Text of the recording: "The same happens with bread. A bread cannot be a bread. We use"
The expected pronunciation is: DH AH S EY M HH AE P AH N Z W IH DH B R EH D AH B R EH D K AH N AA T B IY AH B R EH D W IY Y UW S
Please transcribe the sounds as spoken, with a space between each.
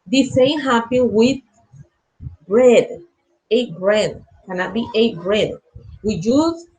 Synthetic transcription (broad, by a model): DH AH S EY M HH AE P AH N W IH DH B R EH D AH B R EH D K AH N AA T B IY AH B R EH D W IY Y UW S